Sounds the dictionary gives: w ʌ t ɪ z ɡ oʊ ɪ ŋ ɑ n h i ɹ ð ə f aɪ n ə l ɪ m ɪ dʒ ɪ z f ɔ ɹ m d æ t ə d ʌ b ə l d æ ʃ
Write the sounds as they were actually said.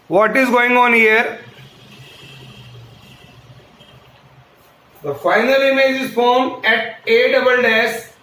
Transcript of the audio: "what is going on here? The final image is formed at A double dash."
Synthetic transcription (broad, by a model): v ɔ t ɪ z ɡ oʊ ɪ ŋ ɑ n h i ɹ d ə f aɪ n ə l ɪ m ɪ dʒ ɪ z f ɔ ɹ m æ t ə d ʌ b ə l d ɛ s